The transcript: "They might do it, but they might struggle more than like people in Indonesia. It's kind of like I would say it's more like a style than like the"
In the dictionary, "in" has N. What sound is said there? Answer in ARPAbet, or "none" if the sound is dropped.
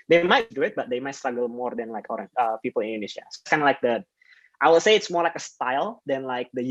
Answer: L